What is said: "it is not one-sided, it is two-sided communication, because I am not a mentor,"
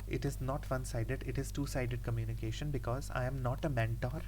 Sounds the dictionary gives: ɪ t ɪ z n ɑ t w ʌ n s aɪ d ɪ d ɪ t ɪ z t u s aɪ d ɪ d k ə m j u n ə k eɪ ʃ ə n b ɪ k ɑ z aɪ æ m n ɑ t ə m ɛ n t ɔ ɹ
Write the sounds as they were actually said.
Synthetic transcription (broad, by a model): ɪ t ɪ z n ɑ t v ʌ n s aɪ d ɪ d ɪ t ɪ z t u s aɪ d ɪ d k ə m j u n ə k eɪ ʃ ə n b ɪ k ɑ z aɪ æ m n ɑ t ə m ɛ n t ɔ ɹ